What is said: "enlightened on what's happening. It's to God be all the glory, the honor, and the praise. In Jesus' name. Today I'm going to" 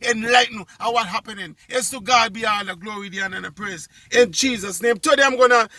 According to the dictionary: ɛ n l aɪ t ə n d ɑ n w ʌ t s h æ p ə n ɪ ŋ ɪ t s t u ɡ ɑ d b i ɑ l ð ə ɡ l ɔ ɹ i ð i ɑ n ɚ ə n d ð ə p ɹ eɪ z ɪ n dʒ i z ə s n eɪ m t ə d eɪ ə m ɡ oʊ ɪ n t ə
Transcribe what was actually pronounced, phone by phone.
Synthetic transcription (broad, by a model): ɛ n l aɪ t n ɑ w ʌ t h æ p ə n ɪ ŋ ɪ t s t u ɡ ɑ d b i ɑ l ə ɡ l ɔ ɹ i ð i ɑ n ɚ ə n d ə p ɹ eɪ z ɪ n dʒ i z ə s n eɪ m t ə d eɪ ə m ɡ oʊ n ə